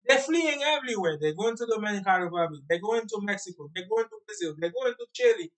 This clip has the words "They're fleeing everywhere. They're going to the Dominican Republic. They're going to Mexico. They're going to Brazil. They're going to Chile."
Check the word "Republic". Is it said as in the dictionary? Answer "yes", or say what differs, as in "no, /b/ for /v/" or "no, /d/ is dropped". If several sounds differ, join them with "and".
no, /b/ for /p/ and /l/ is dropped